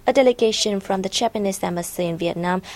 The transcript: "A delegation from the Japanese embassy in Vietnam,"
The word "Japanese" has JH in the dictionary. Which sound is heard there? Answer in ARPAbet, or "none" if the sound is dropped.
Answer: CH